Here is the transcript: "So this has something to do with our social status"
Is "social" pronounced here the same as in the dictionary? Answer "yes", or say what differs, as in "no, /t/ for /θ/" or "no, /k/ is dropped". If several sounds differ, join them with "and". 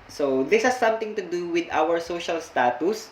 yes